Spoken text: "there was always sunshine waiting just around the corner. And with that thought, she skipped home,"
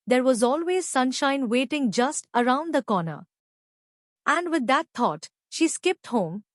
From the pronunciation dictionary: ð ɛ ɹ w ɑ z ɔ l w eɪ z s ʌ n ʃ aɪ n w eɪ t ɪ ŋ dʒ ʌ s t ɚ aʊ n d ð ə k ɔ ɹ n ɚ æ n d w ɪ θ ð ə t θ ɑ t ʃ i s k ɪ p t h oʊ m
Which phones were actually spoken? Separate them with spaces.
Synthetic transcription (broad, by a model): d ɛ ɹ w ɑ z ɔ l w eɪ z s ʌ n ʃ aɪ n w eɪ t ɪ ŋ dʒ ʌ s t ɚ aʊ n d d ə k ɔ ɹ n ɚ æ n d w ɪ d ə t t ɑ t ʃ i s k ɪ p t h oʊ m